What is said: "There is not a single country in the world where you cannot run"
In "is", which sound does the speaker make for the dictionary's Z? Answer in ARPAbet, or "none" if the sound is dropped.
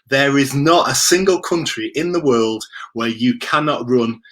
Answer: Z